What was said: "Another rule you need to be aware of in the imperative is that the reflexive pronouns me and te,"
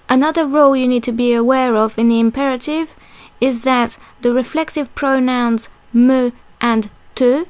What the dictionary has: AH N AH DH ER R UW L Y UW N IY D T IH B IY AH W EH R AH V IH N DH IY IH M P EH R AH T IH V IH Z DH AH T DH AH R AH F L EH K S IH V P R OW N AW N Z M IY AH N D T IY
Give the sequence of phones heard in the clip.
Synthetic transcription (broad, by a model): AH N AH DH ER R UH L Y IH N IY D T IH B IY AH W EH R AH V IH N DH IY IH M P EH R AH T IH V IH Z DH AH T DH AH R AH F L EH K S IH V P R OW N AW N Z M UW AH N T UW